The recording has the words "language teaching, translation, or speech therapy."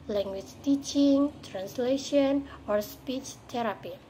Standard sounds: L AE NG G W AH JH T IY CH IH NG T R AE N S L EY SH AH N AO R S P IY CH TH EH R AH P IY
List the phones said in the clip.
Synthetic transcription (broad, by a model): L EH NG G W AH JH T IY CH IH NG T R AE N S L EY SH AH N AO R S P IY CH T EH R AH P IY